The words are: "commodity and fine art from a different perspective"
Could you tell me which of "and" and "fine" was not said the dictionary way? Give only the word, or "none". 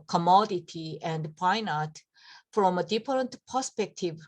fine